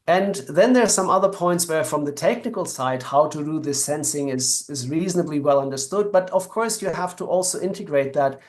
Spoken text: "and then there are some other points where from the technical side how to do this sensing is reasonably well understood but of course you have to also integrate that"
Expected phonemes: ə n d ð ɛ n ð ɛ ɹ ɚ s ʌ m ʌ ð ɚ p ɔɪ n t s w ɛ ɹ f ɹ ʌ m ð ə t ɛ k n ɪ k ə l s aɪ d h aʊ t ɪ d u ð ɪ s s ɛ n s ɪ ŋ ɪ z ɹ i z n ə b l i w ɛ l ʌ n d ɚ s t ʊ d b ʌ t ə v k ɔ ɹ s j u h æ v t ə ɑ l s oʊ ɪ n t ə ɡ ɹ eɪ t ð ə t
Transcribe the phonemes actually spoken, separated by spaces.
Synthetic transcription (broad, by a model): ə n ð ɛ n ð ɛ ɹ s ʌ m ʌ ð ɚ p ɔɪ n t s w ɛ ɹ f ɹ ʌ m ð ə t ɛ k n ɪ k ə l s aɪ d h aʊ t ɪ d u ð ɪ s s ɛ n s ɪ ŋ ɪ z ɹ i z n ə b l i w ɛ l ʌ n d ɚ s t ʊ d b ʌ t ə v k ɔ ɹ s j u h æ f t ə ɑ l s oʊ ɪ n t ə ɡ ɹ eɪ t ð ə t